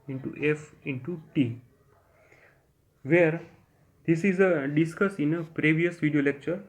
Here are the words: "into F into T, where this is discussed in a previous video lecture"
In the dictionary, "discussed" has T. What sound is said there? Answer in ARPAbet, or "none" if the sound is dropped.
none